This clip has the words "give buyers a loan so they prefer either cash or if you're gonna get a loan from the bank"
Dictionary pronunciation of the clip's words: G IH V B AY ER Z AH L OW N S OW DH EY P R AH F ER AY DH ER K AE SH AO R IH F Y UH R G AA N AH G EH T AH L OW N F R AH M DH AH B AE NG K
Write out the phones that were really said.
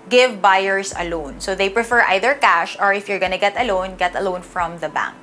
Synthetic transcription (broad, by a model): G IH V B AY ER S AH L OW N S OW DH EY P R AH F ER AY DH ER K AE SH AO R IH F Y UH R G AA N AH G EH T AH L OW N F R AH M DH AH B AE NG K